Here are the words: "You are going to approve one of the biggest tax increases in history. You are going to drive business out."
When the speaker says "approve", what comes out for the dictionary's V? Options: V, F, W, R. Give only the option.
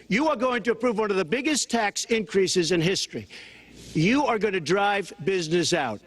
V